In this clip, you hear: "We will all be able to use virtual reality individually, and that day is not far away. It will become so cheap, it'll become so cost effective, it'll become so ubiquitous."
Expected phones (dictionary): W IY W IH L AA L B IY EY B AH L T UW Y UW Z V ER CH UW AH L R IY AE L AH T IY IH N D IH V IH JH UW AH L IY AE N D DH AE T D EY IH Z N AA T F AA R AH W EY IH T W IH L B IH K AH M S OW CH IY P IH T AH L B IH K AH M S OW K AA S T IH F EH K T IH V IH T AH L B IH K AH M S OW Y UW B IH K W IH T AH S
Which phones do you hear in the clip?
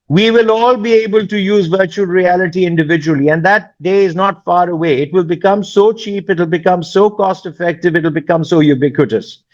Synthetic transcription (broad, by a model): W IY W IH L AA L B IY EY B AH L T UW Y UW Z V ER CH UW AH L R IY AE L AH T IY IH N D IH V IH JH UW AH L IY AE N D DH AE T D EY IH Z N AA T F AA R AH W EY IH T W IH L B IH K AH M S OW CH IY P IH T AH L B IH K AH M S OW K AA S T IH F EH K T IH V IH T L B IH K AH M S OW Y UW B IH K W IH T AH S